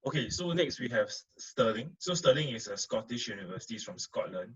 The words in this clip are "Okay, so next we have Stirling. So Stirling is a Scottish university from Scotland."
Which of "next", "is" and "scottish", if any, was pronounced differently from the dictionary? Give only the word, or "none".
is